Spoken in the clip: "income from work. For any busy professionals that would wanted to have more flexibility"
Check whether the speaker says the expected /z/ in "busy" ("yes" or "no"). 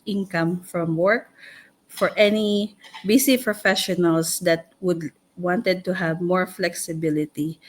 no